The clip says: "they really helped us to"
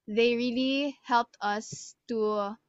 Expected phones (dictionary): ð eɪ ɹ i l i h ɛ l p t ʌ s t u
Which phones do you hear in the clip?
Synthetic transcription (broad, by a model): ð eɪ ɹ i l i h ɛ l p t ʌ s t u